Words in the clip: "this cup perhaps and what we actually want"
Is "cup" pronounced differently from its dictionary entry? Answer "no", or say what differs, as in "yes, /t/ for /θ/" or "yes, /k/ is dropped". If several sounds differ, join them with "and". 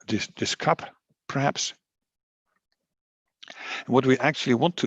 no